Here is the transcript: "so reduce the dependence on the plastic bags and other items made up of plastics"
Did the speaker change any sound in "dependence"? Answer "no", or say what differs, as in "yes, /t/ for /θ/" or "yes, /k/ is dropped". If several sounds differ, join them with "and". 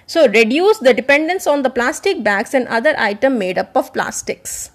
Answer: no